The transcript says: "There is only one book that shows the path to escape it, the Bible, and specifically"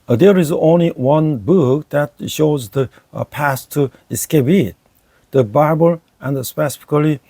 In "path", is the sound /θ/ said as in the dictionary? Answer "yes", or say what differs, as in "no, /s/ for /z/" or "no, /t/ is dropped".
no, /s/ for /θ/